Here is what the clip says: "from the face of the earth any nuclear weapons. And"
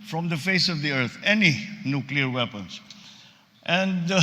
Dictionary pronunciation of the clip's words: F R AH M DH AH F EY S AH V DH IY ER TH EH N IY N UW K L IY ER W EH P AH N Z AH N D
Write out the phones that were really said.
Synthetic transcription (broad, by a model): F R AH M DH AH F EY S AH V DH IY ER T EH N IY N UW K L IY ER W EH P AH N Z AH N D